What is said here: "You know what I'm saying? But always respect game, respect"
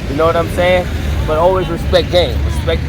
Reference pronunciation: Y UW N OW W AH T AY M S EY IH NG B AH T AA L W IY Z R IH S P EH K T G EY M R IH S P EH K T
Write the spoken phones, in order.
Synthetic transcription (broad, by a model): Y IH N OW W AH T AY M S EY IH NG B AH T AA L W IY Z R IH S P EH K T G EY M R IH S P EH K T